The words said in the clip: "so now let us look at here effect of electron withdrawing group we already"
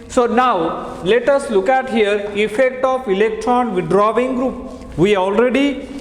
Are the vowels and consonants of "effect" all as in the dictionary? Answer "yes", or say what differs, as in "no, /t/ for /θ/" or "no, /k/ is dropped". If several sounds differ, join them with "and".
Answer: yes